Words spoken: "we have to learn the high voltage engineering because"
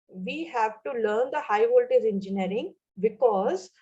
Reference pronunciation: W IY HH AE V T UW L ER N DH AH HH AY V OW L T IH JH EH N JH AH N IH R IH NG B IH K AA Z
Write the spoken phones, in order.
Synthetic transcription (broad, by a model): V IY HH AE V T UW L ER N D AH HH AY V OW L T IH Z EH N JH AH N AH R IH NG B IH K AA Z